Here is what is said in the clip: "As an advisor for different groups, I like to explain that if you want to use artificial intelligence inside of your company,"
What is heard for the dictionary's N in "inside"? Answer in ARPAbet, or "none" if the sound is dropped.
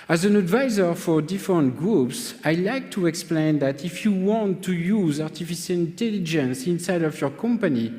N